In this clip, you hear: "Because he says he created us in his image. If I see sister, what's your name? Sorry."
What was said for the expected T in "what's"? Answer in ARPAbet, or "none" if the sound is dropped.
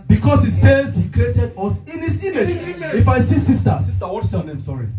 S